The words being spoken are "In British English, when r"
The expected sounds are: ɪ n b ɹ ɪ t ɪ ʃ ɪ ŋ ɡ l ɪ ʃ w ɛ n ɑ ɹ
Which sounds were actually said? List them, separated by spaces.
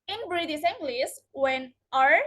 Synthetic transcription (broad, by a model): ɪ n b ɹ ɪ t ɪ s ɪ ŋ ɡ l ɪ s w ɛ n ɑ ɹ